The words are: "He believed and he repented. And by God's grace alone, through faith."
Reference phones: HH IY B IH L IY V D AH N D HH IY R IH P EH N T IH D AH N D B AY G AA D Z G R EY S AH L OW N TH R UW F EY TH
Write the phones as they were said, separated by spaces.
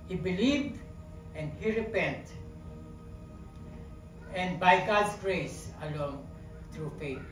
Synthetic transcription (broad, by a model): HH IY B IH L IY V AH N D HH IY R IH P EH N T AH N D B AY G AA D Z G R EY S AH L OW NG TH R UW F EY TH